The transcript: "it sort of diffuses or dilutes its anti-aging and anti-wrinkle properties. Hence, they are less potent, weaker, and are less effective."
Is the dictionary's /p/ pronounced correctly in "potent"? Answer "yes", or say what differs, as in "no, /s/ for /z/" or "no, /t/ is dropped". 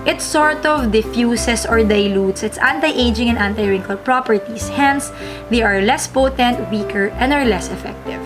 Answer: yes